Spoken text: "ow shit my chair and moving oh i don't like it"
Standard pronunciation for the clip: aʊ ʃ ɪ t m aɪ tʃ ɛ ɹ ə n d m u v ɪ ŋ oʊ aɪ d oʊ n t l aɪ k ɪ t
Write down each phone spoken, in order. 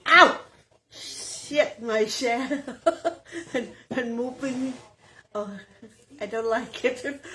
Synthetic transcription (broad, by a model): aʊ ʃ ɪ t m aɪ ʃ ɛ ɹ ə n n m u p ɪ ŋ oʊ aɪ d oʊ n t l aɪ k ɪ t